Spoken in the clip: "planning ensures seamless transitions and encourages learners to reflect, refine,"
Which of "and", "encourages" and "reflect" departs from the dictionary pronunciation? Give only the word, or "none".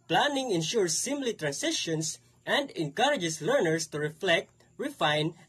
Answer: encourages